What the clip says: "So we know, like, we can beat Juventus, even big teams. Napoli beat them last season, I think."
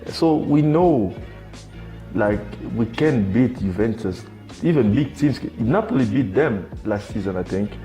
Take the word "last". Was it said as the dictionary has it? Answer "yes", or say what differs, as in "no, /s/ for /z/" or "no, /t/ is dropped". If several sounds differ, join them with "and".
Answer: yes